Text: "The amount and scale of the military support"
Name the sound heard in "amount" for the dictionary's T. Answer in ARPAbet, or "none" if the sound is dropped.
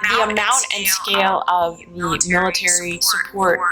T